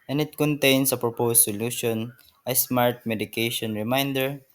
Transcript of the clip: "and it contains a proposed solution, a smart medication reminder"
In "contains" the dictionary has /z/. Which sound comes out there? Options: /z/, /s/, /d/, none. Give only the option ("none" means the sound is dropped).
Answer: /s/